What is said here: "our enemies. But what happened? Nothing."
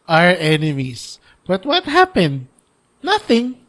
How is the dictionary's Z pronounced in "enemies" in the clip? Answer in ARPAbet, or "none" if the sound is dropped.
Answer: S